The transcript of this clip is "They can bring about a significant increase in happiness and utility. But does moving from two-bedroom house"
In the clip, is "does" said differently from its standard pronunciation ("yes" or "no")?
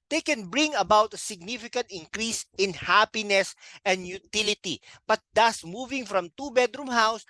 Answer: yes